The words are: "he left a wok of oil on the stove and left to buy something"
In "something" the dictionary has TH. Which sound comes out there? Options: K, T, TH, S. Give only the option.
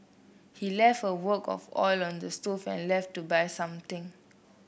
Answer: T